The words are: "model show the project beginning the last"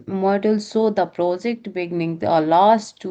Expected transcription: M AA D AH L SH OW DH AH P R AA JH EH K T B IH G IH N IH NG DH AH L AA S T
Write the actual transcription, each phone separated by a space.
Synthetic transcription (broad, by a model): M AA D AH L S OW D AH P R AA JH EH K T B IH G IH N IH NG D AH L AA S T